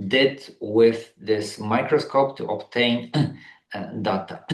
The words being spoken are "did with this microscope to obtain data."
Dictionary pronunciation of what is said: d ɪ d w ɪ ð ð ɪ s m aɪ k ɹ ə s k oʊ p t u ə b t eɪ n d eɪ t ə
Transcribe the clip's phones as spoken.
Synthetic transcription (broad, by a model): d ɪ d w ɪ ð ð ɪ s m aɪ k ɹ ə s k oʊ p t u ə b t eɪ n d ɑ t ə